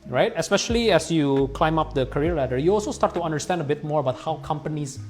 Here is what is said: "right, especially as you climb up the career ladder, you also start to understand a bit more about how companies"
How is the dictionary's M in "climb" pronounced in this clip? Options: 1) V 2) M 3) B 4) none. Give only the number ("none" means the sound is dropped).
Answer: 2